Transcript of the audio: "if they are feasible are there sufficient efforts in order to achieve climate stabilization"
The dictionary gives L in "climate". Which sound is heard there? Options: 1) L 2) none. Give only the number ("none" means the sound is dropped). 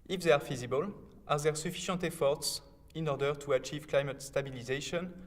1